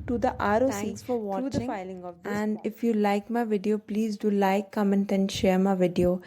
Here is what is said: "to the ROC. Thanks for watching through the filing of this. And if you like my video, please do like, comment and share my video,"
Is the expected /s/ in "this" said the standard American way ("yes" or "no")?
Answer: no